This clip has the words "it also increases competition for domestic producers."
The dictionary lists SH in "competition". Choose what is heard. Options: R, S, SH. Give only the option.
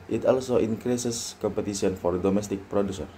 S